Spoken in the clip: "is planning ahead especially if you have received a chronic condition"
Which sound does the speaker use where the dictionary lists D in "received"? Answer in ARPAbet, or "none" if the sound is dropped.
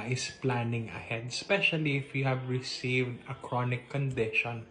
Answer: D